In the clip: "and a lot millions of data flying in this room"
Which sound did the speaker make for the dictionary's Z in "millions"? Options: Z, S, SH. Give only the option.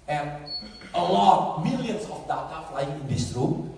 S